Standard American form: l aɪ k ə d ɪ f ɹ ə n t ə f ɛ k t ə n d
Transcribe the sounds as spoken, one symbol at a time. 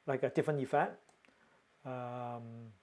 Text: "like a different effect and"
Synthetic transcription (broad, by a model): l aɪ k ə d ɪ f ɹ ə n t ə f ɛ t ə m